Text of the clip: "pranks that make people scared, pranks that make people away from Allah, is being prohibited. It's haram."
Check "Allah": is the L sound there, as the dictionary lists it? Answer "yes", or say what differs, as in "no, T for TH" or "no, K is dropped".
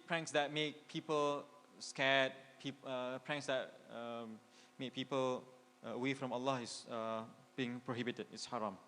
yes